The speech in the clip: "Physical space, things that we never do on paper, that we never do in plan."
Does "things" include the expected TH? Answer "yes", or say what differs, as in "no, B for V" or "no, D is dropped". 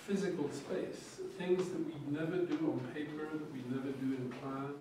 yes